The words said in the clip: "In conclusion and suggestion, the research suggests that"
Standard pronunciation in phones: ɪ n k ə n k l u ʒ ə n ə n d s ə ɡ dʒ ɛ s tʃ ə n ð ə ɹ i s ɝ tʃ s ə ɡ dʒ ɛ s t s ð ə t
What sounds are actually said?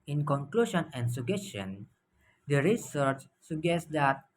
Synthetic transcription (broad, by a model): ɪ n k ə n k l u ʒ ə n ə n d s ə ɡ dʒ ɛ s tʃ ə n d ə ɹ i s ɝ tʃ s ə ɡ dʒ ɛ s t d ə t